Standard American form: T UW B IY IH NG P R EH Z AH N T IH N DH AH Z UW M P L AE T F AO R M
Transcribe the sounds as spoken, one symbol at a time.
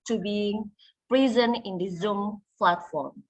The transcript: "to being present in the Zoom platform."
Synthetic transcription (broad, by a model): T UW B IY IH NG P R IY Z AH N IH N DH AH Z UW M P L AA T F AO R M